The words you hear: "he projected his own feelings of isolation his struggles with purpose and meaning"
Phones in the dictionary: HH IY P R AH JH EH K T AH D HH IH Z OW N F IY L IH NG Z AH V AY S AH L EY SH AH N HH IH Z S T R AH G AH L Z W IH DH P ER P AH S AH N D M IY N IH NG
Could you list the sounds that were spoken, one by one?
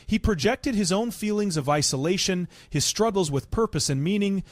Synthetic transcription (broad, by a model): HH IY P R AH JH EH K T AH D IH Z OW N F IY L IH NG Z AH V AY S AH L EY SH AH N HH IH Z S T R AH G L Z W IH DH P ER P AH S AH N M IY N IH NG